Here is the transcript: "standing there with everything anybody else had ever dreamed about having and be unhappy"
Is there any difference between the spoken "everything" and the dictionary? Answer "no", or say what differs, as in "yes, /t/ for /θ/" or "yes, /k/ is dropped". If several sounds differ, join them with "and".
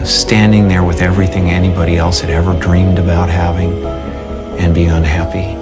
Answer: no